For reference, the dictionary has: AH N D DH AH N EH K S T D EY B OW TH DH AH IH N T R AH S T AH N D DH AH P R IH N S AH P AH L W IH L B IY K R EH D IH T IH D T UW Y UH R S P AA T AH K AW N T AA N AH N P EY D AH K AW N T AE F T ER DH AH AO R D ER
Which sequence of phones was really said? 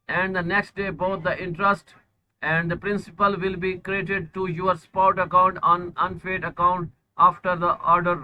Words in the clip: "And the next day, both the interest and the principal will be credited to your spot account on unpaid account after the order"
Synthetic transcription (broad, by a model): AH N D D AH N EH K S T D EY B OW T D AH IH N T R AH S T AH N D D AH P R IH N S AH P AH L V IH L B IY K R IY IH T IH D T UW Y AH R S P AA T AH K AW N T AA N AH N F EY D AH K AW N T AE F T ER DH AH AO R D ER